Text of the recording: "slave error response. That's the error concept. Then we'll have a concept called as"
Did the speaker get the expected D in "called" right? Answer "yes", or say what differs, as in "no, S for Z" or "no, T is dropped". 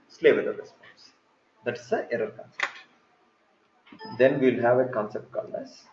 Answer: no, D is dropped